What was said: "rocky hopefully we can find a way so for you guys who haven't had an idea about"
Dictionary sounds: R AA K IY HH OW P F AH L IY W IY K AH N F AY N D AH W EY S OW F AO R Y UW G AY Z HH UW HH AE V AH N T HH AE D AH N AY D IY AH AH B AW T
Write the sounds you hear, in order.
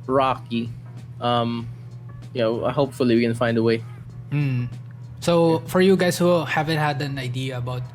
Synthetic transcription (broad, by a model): R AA K IY HH OW P F AH L IY W IY K AH N F AY N D AH W EY S OW F AO R Y UW G AY S HH UW HH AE V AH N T HH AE D AH N AY D IY AH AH B AW T